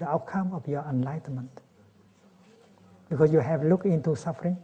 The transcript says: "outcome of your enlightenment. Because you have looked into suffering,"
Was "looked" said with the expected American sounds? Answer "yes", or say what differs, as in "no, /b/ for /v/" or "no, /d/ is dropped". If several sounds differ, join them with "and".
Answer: no, /t/ is dropped